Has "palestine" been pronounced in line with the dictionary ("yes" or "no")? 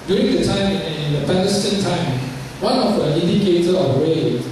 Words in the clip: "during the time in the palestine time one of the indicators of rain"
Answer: no